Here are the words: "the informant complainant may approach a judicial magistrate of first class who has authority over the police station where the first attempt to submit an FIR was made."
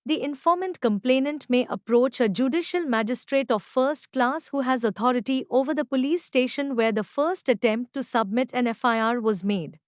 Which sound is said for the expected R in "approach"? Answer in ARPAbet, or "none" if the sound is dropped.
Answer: R